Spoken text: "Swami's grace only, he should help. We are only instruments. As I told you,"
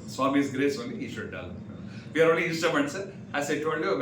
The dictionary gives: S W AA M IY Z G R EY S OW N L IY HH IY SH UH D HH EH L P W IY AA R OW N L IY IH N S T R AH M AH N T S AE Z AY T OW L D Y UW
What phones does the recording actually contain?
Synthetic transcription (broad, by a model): S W AA M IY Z G R EY S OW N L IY HH IY SH UH D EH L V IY AA R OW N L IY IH S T AH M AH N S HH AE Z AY T OW L D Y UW